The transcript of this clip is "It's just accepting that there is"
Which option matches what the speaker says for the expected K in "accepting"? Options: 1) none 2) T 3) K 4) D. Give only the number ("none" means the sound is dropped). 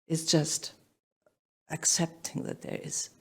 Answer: 3